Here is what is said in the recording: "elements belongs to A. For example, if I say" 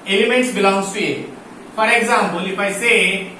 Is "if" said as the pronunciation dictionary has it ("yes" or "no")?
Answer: no